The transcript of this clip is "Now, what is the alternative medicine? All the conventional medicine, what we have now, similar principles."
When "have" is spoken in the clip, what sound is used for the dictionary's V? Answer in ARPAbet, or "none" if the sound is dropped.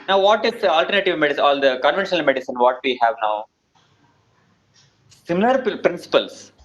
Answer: V